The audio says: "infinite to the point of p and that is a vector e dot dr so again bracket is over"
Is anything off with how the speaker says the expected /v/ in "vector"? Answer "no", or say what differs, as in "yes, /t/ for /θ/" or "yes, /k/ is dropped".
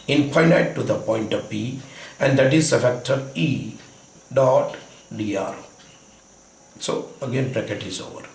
yes, /f/ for /v/